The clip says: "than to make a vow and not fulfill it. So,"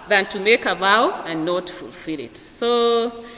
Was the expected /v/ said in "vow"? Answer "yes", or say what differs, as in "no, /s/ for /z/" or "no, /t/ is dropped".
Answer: no, /b/ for /v/